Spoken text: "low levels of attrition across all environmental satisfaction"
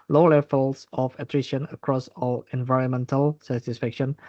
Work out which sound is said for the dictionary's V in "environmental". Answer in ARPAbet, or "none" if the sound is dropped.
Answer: V